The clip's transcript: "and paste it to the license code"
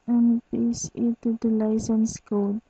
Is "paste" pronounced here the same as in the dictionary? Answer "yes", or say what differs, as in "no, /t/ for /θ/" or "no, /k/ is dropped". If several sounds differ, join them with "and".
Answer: no, /t/ is dropped